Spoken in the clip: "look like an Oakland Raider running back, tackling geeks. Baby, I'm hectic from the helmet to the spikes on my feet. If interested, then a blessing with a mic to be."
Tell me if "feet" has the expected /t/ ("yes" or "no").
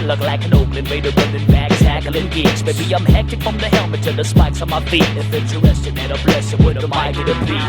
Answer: no